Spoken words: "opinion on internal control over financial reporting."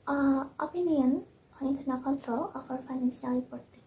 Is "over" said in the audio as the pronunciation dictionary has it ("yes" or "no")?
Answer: no